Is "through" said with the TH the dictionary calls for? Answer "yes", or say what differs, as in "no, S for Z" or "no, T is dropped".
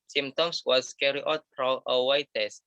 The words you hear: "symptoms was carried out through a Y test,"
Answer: no, F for TH